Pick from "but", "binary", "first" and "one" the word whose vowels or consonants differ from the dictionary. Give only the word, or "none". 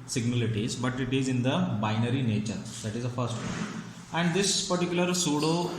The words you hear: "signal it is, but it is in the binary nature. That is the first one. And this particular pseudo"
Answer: one